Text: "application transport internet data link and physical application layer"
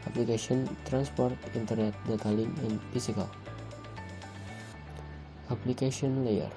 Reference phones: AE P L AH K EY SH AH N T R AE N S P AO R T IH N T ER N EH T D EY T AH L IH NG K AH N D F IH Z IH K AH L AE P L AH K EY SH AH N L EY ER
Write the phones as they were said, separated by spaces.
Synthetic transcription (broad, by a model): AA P L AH K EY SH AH N T R AE N S P AO R T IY N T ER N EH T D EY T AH L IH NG AH N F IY S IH K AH L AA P L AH K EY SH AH N L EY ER